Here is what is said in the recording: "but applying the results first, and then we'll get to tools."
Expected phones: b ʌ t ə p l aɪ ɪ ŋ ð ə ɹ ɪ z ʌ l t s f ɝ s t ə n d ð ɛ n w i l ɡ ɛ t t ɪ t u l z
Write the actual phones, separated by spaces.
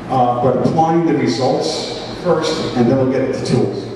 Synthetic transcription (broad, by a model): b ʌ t ə p l aɪ ɪ ŋ ð ə ɹ ɪ z ʌ l t s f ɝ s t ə n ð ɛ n w i l ɡ ɛ t t ɪ t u l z